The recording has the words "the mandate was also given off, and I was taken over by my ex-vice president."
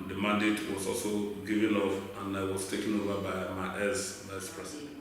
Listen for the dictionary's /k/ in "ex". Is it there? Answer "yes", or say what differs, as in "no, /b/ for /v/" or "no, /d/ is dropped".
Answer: no, /k/ is dropped